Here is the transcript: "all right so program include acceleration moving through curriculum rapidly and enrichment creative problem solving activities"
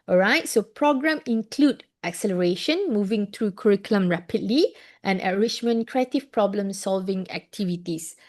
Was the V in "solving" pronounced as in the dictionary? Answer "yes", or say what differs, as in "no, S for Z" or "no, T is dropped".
yes